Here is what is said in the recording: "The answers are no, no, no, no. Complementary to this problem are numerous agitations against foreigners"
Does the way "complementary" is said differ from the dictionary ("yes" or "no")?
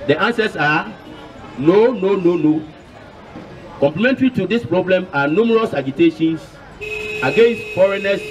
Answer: no